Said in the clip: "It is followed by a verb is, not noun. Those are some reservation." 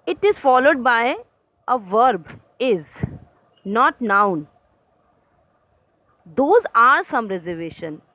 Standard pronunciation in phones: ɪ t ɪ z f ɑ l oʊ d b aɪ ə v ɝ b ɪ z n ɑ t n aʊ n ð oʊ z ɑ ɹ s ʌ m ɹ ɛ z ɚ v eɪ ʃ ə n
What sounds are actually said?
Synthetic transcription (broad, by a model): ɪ t ɪ z f ɑ l oʊ d b aɪ ə v ɝ b ɪ z n ɑ t n aʊ n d oʊ z ɑ ɹ s ʌ m ɹ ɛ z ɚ v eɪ ʃ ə n